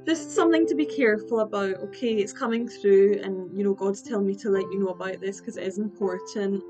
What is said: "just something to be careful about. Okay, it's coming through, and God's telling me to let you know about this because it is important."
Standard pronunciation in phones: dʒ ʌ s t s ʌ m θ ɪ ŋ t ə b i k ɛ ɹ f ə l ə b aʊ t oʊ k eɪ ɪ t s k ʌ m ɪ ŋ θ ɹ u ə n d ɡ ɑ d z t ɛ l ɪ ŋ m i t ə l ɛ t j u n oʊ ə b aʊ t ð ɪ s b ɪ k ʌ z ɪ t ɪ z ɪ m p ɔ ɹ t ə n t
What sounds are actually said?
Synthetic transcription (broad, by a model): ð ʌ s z s ʌ m θ ɪ ŋ t ə b i k ɛ ɹ f ə l ə b aʊ t oʊ k eɪ ɪ t s k ʌ m ɪ ŋ θ ɹ u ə n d ɡ ɑ d z t ɛ l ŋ m i t ə l ɛ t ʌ n oʊ ə b aʊ t ð ɪ s k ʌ z ɪ t ɪ z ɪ m p ɔ ɹ t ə n t